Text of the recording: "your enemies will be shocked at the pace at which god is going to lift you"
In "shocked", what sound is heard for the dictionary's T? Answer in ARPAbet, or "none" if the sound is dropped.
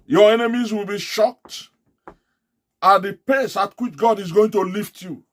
T